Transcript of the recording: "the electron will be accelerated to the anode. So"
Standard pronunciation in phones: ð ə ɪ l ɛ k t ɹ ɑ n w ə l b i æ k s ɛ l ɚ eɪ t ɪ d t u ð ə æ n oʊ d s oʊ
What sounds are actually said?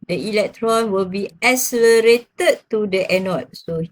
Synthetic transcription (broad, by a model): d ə ɪ l ɛ k t ɹ ɑ n w ə l b i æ s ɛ l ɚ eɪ t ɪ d t u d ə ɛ n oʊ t s oʊ